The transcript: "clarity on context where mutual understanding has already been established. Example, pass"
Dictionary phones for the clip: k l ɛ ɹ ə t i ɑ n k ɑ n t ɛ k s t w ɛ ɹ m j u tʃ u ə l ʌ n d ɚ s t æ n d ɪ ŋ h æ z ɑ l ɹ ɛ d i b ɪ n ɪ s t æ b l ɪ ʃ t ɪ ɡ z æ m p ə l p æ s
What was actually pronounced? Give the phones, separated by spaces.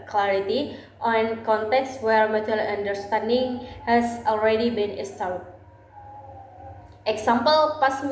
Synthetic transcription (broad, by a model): k l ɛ ɹ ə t i ɑ n k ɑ n t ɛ k s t w ɛ ɹ m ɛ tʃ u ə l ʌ n d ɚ s t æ n d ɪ ŋ h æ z ɑ l ɹ ɛ d i b ɪ n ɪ s t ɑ l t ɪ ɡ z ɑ m p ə l p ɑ s